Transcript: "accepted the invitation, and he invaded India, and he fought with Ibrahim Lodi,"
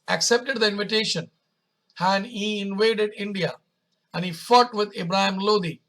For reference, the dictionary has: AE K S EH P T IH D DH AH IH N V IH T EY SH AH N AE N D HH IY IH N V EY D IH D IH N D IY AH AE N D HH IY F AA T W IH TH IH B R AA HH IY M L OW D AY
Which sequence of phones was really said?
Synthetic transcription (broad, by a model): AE K S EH P T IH D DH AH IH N V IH T EY SH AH N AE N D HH IY IH N V EY D IH D IH N D IY AH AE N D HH IY F AA T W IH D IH B R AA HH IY M L OW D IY